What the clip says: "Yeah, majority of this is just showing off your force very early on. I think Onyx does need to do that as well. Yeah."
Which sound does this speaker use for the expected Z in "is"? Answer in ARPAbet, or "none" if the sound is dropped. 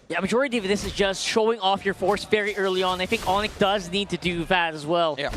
Z